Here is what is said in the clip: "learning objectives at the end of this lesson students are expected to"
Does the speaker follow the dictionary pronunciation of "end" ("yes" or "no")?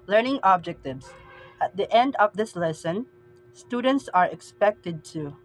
yes